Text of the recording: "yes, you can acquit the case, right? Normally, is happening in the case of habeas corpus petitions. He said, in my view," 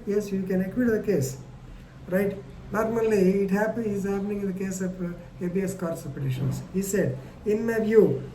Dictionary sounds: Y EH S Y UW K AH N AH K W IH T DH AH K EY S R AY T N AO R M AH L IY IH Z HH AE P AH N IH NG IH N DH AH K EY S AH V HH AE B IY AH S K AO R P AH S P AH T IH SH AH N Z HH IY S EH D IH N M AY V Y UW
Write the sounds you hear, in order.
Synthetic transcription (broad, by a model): Y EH S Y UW K AH N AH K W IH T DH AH K EY S R AY T N AO R M AH L IY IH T HH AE P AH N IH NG IH N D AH K EY S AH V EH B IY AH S K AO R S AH P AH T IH SH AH N S HH IY S EH D IH N M AY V Y UW